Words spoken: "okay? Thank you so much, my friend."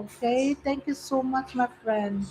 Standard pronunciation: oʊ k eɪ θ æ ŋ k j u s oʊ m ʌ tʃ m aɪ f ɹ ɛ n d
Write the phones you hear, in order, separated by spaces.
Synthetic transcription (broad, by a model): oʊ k eɪ t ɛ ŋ k j u s oʊ m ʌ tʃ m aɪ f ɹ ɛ n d